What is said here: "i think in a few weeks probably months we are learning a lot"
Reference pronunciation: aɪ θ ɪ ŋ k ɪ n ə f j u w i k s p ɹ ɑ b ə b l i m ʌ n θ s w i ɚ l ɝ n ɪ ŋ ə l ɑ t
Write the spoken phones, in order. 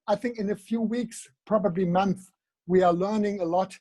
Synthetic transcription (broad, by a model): aɪ θ ɪ ŋ k ɪ n ə f j u w i k s p ɹ ɑ b ə b l i m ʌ n θ w i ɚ l ɝ n ɪ ŋ ə l ɑ t